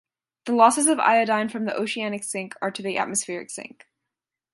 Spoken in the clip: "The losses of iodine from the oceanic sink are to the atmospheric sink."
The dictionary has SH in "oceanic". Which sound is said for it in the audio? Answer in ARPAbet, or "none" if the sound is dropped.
SH